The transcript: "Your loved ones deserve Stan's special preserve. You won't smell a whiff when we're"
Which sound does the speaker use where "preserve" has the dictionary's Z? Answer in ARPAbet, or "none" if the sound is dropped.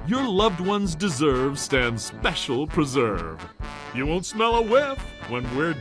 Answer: Z